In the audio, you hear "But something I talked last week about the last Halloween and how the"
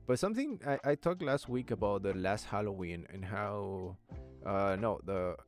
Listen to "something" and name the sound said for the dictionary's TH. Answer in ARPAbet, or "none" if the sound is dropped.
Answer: TH